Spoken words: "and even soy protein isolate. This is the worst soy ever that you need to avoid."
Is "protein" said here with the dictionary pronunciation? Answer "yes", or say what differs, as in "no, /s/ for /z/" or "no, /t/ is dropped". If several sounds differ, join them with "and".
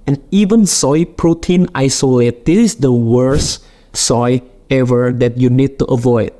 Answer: yes